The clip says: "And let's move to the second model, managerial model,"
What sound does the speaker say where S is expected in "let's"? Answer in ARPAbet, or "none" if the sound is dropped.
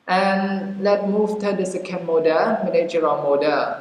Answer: none